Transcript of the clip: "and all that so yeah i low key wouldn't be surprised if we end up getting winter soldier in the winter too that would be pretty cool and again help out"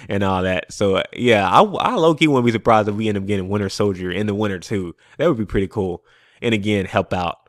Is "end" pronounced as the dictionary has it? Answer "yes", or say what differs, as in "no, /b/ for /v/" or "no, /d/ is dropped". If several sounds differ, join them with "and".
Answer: no, /d/ is dropped